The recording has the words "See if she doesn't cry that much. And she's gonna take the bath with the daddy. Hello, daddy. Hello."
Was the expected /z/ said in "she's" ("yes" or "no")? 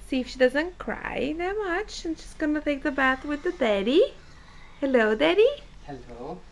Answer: no